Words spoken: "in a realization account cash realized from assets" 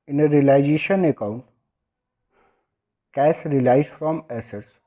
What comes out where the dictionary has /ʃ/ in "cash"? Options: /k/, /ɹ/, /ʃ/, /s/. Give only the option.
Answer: /s/